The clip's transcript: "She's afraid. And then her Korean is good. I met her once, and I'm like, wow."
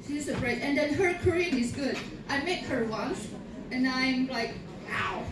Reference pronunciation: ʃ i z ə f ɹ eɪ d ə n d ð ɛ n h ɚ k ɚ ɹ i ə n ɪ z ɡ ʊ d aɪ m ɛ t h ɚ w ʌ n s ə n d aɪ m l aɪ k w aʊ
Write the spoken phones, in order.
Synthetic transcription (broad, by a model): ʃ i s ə p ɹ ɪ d ə n d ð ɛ n h ɚ k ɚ ɹ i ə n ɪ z ɡ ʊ d aɪ m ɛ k h ɚ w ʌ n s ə n aɪ m l aɪ k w aʊ